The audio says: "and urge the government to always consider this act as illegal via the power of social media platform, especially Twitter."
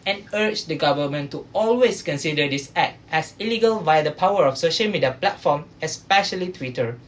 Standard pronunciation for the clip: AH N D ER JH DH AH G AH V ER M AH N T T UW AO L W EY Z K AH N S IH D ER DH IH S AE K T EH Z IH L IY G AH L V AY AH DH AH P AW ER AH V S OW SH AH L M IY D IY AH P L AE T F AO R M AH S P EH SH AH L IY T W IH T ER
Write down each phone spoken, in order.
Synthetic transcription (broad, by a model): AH N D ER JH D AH G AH V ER M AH N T T UW AO L W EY S K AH N S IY D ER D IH S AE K T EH S IH L IY G AH L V AY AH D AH P AW ER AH F S OW SH AH L M IY D IY AH P L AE T F AO M AH S P EH SH AH L IY T W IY T ER